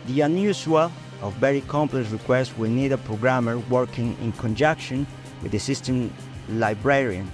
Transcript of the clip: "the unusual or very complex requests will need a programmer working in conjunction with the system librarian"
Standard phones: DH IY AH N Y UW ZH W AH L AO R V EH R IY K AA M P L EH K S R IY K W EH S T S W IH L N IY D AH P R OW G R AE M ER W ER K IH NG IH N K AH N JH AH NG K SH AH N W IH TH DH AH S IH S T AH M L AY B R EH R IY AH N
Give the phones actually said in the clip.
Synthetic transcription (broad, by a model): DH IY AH N Y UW S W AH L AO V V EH R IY K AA M P L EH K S R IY K W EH S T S W IH L N IY D AH P R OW G R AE M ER W ER K IH NG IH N K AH N JH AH K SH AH N W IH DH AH S IH S T AH M L AY B R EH R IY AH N